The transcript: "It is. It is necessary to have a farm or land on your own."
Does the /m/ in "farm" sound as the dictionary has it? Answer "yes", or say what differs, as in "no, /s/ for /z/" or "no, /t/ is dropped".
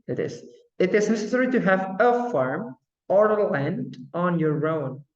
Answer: yes